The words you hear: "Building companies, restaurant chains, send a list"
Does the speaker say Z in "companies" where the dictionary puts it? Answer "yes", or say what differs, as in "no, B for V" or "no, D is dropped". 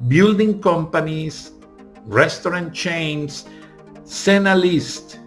no, S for Z